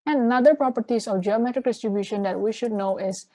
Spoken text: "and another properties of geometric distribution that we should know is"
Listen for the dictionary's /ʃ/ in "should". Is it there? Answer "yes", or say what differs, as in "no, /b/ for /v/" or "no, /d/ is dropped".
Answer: yes